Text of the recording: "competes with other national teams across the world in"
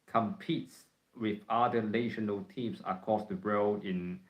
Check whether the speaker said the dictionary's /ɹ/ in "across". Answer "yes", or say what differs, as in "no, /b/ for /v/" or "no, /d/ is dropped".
no, /ɹ/ is dropped